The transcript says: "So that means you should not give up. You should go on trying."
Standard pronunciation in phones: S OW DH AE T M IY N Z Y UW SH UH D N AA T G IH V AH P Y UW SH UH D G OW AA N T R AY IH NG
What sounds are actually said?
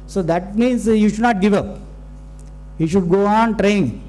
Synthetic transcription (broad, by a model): S OW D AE T M IY N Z Y UW SH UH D N AA T G IH V AH P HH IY SH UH D G OW AA N T R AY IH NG